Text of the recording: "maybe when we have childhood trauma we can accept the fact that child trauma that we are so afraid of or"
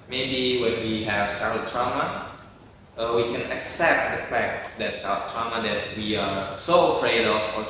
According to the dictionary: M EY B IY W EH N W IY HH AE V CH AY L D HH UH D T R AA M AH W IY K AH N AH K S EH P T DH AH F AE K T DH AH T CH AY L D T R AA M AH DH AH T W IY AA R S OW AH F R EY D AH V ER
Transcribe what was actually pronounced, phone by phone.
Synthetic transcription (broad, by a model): M EY B IY W EH N W IY HH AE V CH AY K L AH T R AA M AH W IY K AH N AH K S EH P T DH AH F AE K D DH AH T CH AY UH T R AA M AH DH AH T W IY AA R S OW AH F R EY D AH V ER